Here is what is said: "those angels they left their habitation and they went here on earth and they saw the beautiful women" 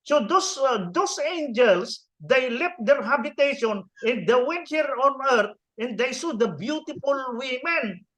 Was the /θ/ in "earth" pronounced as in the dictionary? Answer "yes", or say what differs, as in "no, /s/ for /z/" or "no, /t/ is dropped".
no, /t/ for /θ/